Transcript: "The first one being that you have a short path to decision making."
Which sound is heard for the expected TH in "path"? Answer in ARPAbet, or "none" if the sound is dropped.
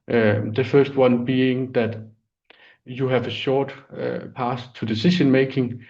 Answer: S